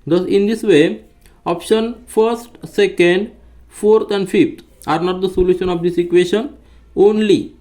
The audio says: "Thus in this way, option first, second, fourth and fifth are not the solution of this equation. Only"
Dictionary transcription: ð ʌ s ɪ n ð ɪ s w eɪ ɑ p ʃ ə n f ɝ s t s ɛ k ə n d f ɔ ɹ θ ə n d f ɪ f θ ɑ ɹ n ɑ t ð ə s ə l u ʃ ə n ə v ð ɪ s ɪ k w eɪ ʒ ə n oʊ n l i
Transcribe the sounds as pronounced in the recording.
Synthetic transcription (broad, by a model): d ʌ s ɪ n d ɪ s w eɪ ɑ p ʃ ə n f ɝ s t s ɛ k ə n d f ɔ ɹ t ə n d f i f t ɑ ɹ n ɑ t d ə s ə l u ʃ ə n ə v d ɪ s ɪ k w eɪ ʃ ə n oʊ n l i